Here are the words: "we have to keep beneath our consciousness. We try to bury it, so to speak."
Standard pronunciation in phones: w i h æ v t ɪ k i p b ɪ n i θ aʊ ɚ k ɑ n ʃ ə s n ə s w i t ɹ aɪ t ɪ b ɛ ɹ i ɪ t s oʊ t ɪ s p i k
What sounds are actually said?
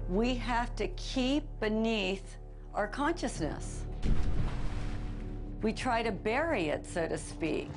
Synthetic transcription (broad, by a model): w i h æ f t ɪ k i p b ɪ n i θ aʊ ɚ k ɑ n ʃ ə s n ə s w i t ɹ aɪ t ɪ b ɛ ɹ i ɪ t s oʊ t ɪ s p i k